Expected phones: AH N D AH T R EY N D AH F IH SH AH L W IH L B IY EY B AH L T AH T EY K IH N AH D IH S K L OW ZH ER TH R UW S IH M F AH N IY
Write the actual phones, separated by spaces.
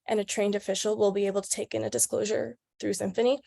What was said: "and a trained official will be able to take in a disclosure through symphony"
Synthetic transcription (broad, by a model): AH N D AH T R EY N D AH F IH SH L W IH L B IY EY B L T AH T EY K IH N AH D IH S K L OW ZH ER TH R UW S IH M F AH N IY